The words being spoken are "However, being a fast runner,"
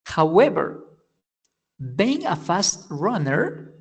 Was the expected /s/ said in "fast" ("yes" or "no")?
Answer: yes